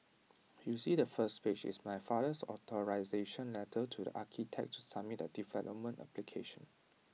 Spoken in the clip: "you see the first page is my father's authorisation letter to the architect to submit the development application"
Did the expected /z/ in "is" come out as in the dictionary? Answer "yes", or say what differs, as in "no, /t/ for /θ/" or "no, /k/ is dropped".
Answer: no, /s/ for /z/